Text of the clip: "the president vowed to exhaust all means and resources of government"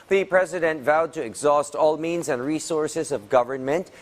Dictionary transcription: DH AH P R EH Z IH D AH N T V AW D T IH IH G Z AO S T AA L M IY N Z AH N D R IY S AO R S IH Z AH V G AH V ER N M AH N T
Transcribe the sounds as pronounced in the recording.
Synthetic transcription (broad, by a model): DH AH P R EH Z IH D AH N T V AW D T IH IH G Z AO S T AA L M IY N Z AH N D R IY S AO R S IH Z AH V G AH V ER N M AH N T